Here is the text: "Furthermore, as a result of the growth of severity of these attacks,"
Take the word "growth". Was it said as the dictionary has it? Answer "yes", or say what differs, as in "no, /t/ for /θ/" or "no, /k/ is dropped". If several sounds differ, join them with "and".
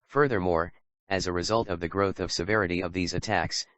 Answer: yes